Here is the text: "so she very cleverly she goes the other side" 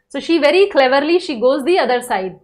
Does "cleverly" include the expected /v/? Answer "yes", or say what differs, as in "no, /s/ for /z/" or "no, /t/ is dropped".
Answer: yes